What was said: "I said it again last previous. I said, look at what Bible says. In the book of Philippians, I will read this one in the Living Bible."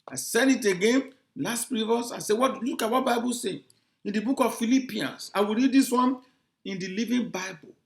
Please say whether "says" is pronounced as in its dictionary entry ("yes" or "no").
no